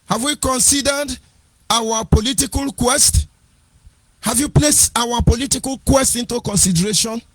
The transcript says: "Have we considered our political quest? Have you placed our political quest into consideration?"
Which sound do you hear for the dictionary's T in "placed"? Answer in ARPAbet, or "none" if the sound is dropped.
T